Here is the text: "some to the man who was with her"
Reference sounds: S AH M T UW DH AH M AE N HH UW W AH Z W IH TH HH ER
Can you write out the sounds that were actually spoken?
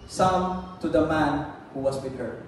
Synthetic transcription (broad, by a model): S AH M T UW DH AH M AE N HH UW W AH S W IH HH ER